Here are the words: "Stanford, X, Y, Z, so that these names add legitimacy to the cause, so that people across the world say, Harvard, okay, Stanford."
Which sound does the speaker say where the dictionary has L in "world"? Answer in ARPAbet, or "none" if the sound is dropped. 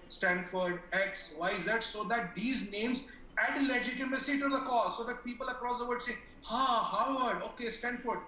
none